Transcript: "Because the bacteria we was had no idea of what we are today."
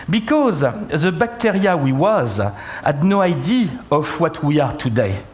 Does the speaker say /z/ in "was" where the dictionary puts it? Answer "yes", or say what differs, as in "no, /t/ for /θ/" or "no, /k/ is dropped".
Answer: yes